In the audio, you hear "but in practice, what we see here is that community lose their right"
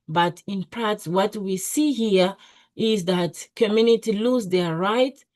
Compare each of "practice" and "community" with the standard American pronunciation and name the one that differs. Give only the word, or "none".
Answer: practice